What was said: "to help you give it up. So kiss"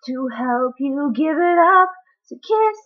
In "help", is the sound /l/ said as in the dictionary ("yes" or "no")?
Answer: yes